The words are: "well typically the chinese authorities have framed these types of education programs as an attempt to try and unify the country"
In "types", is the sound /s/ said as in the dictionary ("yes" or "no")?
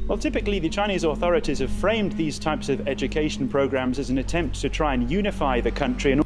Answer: yes